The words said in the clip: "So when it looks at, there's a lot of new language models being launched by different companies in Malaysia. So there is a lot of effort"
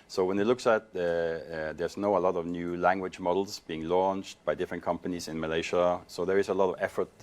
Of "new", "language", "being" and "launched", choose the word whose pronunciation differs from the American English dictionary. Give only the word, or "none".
none